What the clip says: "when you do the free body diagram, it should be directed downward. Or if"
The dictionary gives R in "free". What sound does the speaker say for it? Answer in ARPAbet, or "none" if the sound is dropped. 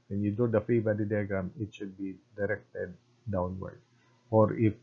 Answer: none